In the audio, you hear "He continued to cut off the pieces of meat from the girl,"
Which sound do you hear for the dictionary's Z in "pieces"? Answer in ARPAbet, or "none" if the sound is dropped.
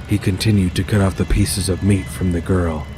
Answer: Z